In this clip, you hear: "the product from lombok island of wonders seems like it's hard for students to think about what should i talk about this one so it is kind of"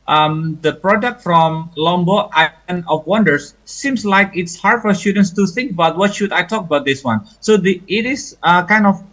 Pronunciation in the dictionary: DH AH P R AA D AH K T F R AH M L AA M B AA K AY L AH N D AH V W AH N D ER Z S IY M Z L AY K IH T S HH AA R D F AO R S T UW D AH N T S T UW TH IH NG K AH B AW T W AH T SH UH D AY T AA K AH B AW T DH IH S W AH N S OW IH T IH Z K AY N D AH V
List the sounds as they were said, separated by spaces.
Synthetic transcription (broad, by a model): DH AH P R AA D AH K T F R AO M L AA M B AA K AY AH N AH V W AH N D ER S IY M S L AY K IH T S HH AA R D F AO R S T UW D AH N S T UW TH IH NG K AH B AW T W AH T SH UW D AY T AA K AH B AW T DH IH S W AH N S OW IH T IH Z K AY N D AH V